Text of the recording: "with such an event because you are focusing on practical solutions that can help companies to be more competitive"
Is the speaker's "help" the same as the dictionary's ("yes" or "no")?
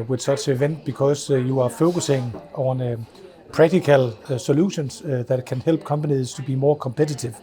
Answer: no